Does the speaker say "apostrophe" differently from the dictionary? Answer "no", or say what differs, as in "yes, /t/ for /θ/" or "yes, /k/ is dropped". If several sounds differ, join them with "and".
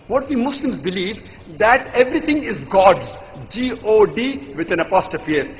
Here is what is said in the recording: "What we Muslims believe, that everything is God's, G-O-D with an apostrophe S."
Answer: yes, /ɹ/ is dropped